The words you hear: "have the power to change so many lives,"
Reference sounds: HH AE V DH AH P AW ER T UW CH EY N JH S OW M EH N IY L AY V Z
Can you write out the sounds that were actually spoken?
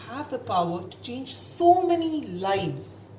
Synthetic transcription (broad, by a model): HH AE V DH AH P AW ER T UW CH EY N JH S OW M EH N IY L AY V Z